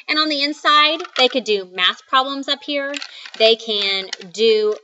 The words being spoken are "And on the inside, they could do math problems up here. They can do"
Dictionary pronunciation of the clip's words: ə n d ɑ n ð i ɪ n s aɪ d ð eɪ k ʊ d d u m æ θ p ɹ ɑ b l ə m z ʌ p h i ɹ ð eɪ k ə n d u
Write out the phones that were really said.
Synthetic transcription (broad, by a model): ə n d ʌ n ð i ɪ n s aɪ d ð eɪ k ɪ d d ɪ m æ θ p ɹ ɑ b l ə m z ʌ p h i ɹ ð eɪ k ə n d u